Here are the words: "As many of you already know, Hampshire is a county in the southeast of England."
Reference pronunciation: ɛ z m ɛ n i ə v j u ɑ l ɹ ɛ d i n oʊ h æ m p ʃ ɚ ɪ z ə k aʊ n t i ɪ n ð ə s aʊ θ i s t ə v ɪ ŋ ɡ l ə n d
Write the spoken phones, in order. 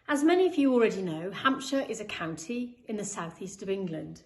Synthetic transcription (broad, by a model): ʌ z m ɛ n i ə v j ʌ ɑ l ɹ ɛ d i n oʊ h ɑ m p ʃ ɚ ɪ z ə k aʊ n t i ɪ n ð ə s aʊ θ i s t ə v ɪ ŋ ɡ l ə n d